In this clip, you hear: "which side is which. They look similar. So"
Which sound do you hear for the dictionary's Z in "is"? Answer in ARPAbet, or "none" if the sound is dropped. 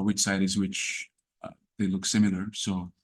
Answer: Z